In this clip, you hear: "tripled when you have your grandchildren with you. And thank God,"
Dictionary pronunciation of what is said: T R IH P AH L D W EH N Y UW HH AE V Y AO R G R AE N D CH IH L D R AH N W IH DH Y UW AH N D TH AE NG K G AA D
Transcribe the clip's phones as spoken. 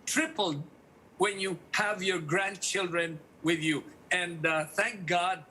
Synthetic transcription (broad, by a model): T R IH P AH L D W EH N Y UW HH AE V Y AO R G R AE N D CH IH L D R AH N W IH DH Y UW AH N D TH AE NG K G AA D